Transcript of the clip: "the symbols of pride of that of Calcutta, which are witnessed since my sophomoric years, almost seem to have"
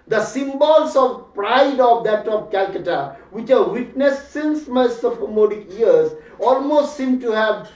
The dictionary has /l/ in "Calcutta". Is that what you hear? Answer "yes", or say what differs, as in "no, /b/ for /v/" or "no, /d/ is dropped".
yes